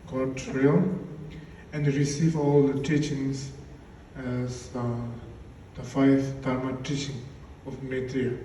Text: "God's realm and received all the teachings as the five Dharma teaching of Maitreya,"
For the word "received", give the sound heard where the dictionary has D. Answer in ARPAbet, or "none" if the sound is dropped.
none